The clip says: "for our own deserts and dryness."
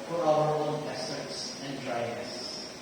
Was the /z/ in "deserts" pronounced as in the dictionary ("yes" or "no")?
no